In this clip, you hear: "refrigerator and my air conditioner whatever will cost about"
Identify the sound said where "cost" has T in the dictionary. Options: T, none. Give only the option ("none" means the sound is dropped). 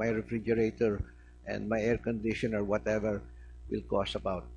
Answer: none